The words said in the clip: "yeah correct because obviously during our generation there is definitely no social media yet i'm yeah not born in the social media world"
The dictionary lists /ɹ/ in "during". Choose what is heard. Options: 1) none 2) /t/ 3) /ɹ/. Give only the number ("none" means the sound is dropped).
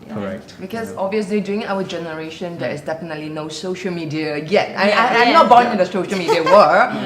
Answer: 1